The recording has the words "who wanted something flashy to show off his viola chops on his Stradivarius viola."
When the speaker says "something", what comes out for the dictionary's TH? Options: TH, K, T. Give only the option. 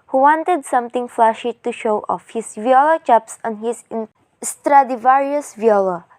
T